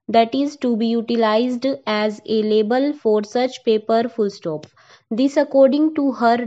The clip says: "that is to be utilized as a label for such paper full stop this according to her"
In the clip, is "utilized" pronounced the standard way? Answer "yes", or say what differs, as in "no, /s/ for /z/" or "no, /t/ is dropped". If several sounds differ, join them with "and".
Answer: yes